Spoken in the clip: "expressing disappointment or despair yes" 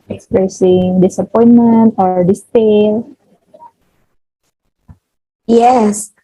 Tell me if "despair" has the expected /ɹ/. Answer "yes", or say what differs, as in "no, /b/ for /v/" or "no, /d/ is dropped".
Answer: no, /l/ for /ɹ/